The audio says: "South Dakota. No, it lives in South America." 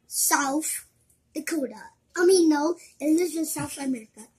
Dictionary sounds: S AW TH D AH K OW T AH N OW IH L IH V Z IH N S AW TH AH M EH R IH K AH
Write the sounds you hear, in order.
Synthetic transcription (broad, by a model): S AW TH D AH K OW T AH N OW IH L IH Z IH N S AW TH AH M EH R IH K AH